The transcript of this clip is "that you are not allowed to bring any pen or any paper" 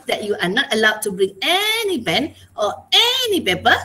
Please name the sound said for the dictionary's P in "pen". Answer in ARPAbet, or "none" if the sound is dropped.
B